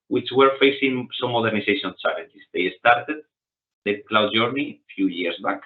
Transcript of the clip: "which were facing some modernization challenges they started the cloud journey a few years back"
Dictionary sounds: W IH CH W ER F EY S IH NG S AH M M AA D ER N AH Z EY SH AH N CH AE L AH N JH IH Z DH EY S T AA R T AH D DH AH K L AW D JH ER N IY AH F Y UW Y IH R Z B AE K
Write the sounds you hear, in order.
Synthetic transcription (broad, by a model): W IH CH W ER F EY S IH NG S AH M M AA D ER N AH S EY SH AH N S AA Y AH N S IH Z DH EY S T AA R T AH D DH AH K L AW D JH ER N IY F Y UW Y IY R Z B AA K